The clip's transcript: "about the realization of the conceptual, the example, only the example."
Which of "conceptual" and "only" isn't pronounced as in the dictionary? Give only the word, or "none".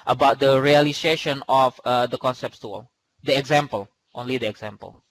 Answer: conceptual